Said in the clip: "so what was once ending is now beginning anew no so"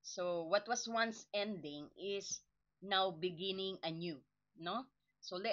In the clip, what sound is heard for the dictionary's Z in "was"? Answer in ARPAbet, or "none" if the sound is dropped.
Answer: S